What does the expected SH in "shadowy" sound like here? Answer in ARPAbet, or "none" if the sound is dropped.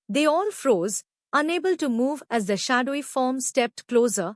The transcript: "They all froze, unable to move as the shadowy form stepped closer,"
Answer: SH